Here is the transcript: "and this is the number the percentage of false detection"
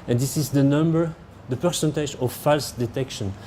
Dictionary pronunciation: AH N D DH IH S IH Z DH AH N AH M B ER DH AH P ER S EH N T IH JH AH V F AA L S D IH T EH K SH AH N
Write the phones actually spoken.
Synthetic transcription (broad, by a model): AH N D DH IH S IH Z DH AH N AH M B ER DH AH P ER S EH N T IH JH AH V F AA L S D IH T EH K SH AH N